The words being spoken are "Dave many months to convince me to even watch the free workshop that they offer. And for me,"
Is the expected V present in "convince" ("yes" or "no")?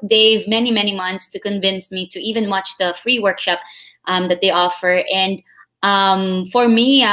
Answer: yes